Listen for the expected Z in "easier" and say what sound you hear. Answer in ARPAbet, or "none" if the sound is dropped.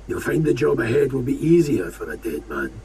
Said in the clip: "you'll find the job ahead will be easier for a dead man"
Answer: Z